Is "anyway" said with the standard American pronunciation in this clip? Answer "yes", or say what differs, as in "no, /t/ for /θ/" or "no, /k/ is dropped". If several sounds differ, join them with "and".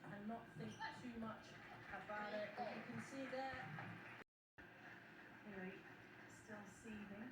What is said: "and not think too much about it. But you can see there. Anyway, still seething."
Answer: no, /n/ is dropped